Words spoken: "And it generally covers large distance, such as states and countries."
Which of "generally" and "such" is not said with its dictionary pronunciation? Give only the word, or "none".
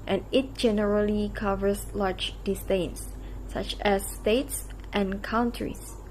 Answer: none